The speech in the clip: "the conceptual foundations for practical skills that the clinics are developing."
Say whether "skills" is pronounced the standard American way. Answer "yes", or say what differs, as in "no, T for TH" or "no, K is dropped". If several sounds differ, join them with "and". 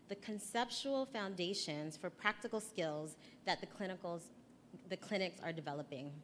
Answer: yes